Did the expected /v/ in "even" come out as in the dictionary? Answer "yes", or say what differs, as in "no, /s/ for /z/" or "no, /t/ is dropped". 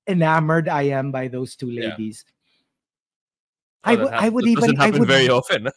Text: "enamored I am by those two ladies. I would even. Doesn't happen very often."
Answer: no, /w/ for /v/